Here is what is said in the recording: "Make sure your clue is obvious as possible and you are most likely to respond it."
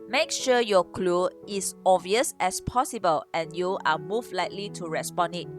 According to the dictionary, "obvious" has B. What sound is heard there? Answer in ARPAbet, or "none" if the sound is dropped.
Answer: none